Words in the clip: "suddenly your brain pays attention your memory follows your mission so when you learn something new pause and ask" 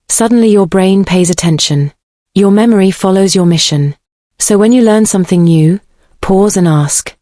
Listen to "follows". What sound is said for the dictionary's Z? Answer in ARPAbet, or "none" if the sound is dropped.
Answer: Z